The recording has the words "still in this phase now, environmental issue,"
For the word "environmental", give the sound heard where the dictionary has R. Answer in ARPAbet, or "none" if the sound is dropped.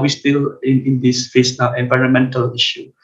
R